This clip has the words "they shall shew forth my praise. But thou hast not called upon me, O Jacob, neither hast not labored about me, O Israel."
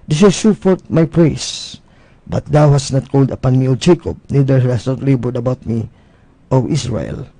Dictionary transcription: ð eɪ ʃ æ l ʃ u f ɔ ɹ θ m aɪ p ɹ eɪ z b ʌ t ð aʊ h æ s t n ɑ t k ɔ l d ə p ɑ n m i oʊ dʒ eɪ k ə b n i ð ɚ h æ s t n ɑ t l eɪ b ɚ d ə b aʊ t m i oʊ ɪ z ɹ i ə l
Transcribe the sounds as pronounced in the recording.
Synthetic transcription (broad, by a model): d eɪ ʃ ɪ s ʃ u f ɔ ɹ t m aɪ p ɹ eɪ s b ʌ t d aʊ h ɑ s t n ɑ t k ɔ l d ə p ɑ n m i oʊ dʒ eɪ k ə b n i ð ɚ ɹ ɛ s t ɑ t l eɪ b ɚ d ə b aʊ t m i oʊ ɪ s ɹ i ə l